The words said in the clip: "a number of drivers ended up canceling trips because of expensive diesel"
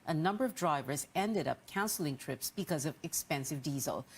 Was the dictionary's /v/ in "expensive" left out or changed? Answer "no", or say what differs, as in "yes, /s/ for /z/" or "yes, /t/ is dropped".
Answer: no